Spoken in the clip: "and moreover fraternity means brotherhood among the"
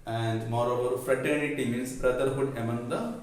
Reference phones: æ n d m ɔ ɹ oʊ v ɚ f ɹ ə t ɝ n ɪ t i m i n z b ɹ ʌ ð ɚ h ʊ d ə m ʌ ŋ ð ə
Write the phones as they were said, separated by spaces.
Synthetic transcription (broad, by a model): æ n d m ɔ ɹ oʊ v ɚ f ɹ ə t ɝ n ɪ t i m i n s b ɹ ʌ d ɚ h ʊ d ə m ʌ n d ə